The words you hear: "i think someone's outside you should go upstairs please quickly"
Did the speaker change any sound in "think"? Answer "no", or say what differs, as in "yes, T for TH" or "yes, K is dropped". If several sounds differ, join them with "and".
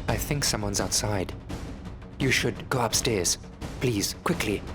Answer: no